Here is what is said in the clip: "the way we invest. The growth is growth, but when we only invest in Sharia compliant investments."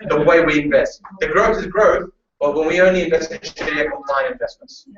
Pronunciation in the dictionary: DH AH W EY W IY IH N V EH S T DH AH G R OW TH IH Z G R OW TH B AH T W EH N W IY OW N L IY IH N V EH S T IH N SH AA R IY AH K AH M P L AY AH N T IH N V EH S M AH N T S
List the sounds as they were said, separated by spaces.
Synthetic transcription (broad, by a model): DH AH W EY W IY IH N V EH S T DH AH G R OW TH IH Z G R OW TH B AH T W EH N W IY OW N L IY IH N V EH S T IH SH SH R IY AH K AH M P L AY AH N IH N V EH S M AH N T S